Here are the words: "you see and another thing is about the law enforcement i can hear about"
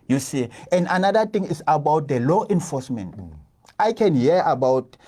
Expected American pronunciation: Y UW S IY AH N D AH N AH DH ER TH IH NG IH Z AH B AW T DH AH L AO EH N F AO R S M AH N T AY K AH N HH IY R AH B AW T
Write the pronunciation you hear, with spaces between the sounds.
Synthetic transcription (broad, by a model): Y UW S IY AH N D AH N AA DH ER T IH NG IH S AH B AW T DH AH L AO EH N F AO S M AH N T AY K AH N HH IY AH B AW T